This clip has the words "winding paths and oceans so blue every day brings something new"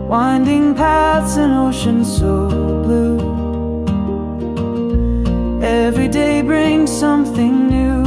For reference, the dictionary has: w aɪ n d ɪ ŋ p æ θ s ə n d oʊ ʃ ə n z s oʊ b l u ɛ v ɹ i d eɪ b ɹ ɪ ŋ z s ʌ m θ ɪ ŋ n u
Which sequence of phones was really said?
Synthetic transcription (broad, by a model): w aɪ n d ɪ ŋ p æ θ s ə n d oʊ ʃ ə n s oʊ b l u ɛ v ɹ i d eɪ b ɹ ɪ ŋ z s ʌ m θ ɪ ŋ n u